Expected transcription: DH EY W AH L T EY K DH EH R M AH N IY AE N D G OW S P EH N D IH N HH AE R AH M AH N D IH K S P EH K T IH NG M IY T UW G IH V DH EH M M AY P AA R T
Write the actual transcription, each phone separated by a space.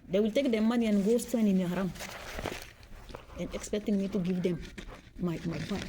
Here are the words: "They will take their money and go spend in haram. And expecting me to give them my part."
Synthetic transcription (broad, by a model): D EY W AH L T EY K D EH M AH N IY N G OW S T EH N IH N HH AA R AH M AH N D IH K S P EH K T IH NG M IY T UW G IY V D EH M M AY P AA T